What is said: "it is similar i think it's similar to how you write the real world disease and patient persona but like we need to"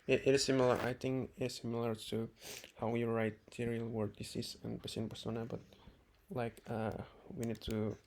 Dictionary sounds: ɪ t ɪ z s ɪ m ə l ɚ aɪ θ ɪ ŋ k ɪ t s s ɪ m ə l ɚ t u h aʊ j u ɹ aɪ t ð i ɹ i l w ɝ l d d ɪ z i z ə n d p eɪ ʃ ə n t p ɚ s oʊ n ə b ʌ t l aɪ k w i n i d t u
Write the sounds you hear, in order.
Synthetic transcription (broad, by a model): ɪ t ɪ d s ɪ m ə l ɚ aɪ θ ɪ ŋ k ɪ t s s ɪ m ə l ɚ t u h aʊ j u ɹ aɪ t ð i ɹ i l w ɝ d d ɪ s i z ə n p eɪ s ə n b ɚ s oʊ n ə b ʌ t l aɪ k w i n i d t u